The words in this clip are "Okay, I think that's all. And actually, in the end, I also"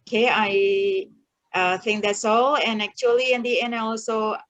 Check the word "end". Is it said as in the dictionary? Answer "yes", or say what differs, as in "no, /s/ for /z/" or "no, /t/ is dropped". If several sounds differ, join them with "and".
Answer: no, /d/ is dropped